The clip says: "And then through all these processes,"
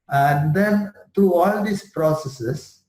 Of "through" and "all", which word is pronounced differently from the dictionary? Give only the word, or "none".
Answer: through